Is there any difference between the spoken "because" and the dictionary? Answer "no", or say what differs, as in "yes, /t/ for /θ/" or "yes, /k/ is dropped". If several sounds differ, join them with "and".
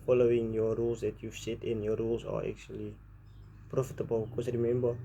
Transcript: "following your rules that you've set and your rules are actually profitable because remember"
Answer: yes, /s/ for /z/